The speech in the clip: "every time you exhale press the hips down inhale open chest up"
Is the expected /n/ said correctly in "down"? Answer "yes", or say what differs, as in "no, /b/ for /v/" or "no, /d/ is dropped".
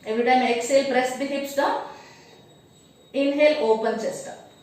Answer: no, /n/ is dropped